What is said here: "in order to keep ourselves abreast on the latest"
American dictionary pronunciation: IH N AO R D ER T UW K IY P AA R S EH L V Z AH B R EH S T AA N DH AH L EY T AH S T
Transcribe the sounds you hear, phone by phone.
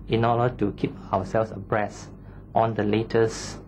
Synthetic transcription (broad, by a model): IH N AO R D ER T UW K IY P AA W S EH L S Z AH B R EH S T AA N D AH L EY T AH S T